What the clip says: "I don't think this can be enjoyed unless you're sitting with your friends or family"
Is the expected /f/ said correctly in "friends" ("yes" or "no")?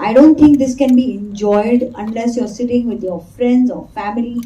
yes